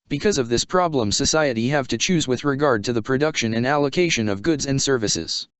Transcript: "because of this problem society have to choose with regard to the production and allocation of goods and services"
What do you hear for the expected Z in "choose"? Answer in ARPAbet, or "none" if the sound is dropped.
Z